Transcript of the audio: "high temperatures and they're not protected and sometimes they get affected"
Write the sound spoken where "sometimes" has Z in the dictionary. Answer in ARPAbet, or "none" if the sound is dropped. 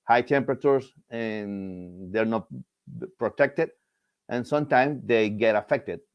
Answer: S